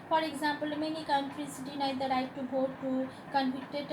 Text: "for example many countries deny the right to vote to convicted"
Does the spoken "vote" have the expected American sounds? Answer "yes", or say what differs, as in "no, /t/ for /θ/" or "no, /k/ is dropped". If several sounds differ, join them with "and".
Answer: no, /b/ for /v/